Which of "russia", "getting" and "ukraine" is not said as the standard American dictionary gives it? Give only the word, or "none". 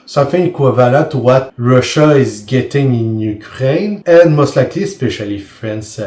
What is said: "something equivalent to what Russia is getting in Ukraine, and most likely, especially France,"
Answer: none